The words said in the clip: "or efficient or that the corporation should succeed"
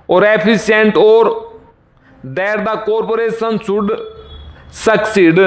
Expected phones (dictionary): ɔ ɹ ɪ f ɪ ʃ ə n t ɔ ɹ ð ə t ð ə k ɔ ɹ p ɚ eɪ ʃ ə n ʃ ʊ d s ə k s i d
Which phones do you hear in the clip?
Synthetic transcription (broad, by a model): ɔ ɹ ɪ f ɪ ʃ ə n t ɔ ɹ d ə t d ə k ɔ ɹ p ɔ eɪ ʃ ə n s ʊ d s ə k s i d